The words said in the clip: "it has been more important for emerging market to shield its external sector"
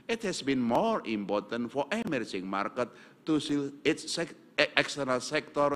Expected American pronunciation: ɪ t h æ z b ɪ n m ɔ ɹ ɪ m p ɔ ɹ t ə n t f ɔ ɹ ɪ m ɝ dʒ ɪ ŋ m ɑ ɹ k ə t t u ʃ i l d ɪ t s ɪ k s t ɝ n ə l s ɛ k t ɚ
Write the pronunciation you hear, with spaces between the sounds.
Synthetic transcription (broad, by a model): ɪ t h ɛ s b ɪ n m ɔ ɹ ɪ m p ɔ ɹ t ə n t f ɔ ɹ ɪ m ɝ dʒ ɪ ŋ m ɑ ɹ k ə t t u s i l ɪ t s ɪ k s t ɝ n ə l s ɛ k t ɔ